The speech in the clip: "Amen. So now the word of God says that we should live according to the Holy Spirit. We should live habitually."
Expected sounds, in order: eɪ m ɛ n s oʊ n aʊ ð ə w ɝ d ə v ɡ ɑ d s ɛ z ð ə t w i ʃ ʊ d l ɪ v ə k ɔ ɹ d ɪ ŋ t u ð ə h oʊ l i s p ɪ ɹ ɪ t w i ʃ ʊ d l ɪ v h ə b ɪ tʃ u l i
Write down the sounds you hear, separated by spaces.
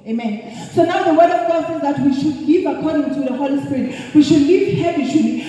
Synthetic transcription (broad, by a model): eɪ m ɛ n s oʊ n aʊ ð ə w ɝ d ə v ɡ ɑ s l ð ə t w i ʃ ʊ d l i v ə k ɔ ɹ d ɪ ŋ t u ð ə h oʊ l i s p ɪ ɹ ɪ t w i ʃ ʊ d l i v h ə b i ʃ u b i